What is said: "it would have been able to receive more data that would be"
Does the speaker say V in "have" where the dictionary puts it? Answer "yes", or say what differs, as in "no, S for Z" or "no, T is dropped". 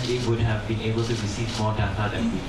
yes